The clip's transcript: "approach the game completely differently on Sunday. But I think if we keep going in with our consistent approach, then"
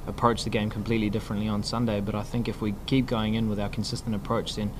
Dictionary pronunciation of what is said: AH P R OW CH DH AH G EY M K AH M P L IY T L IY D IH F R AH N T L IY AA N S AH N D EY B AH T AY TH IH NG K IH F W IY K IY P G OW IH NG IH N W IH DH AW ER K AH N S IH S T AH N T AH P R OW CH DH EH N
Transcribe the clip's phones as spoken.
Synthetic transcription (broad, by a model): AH P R OW CH DH AH G EY M K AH M P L IY T L IY D IH F R AH N T L IY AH N S AH N D EY B AH T AY TH IH NG K IH F W IY K IY P G OW IH NG IH N W IH DH AW ER K N S IH S T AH N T AH P R OW CH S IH N